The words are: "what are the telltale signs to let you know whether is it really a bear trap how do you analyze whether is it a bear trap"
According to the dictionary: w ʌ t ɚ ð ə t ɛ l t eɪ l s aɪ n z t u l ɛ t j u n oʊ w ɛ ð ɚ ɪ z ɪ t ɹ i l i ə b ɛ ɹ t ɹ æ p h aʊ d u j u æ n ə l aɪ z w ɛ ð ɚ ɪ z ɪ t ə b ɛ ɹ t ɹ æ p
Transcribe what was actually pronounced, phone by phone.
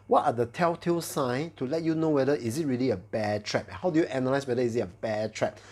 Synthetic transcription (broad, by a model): w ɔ t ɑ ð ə t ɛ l t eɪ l s aɪ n t u l ɛ t j u n oʊ w ɛ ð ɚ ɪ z ɪ t ɹ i l i ə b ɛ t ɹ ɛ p h aʊ d u j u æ n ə l aɪ s w ɛ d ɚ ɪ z ɪ t ə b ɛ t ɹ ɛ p